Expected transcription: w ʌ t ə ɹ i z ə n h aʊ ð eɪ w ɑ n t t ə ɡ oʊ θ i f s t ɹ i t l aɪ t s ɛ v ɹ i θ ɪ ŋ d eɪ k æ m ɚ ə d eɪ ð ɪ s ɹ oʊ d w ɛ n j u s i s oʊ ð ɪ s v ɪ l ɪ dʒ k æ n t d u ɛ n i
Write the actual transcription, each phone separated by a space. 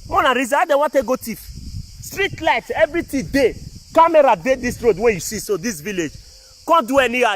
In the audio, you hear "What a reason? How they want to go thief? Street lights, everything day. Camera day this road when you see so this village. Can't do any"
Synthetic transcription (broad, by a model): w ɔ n ə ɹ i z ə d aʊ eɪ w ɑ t t ə ɡ oʊ t i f s t ɹ i t l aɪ t ɛ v ɹ i t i d eɪ k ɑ m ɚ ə d eɪ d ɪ s ɹ oʊ d w ɛ n j u s i s oʊ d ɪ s v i l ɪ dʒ k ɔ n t d u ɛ n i